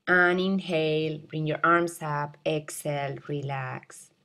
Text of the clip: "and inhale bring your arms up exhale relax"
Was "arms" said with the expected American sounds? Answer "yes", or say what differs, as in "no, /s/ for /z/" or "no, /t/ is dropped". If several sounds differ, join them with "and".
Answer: no, /s/ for /z/